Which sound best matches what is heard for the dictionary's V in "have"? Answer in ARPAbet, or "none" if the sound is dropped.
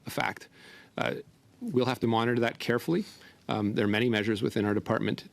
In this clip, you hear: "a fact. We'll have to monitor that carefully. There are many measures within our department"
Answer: F